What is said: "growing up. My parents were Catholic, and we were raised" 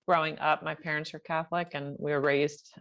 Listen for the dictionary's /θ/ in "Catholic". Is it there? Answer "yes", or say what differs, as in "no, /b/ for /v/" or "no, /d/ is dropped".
yes